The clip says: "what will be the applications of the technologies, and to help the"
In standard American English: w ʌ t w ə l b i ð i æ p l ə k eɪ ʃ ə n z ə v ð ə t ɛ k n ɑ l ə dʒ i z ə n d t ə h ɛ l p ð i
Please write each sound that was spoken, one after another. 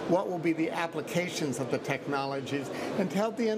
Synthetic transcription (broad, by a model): w ʌ t w ə l b i ð i æ p l ə k eɪ ʃ ə n z ə v ð ə t ɛ k n ɑ l ə dʒ i z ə n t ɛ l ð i